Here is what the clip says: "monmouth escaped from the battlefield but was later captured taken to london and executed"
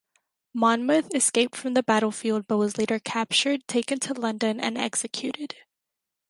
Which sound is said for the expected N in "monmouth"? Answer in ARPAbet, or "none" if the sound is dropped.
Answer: N